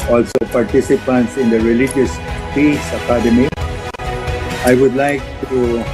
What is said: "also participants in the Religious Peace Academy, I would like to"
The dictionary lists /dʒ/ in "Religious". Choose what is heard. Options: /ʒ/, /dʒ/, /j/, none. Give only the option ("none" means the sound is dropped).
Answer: /dʒ/